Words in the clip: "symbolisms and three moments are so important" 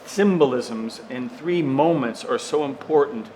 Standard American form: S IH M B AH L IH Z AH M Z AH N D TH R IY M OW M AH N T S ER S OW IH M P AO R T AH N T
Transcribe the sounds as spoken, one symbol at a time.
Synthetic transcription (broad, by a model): S IH M B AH L IH Z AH M Z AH N TH R IY M OW M AH N T S ER S OW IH M P AO R T N T